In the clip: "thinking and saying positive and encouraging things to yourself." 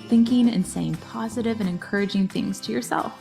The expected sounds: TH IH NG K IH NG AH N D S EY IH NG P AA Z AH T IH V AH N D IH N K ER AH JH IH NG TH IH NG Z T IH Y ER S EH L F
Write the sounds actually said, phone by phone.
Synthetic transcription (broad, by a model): TH IH NG K IH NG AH N S EY IH NG P AA Z AH T IH V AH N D IH N K ER AH JH IH NG TH IH NG Z T IH Y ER S EH L F